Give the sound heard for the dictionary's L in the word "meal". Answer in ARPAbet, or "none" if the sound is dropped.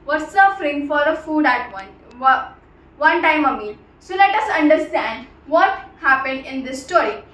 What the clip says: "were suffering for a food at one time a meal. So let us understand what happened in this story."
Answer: N